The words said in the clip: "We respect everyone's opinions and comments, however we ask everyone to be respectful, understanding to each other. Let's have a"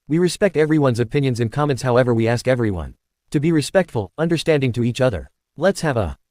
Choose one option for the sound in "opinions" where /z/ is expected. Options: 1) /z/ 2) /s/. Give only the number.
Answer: 1